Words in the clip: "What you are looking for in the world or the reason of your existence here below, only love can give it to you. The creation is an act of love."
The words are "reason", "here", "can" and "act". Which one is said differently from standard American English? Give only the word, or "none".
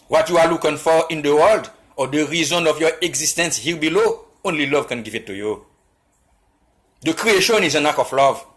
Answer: act